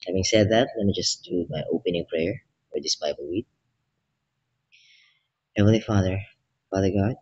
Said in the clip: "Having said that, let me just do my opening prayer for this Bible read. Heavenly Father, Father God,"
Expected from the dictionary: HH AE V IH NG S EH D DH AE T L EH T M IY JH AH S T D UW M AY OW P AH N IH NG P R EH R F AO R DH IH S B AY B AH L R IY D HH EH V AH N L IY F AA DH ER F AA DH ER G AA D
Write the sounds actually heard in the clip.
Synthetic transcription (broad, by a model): HH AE V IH NG S EH D DH AE T L EH T M IY JH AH S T D UW M AY OW P AH N IH NG P R EH R F AO R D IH S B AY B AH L W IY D HH EH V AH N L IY F AA DH ER F AA DH ER G AA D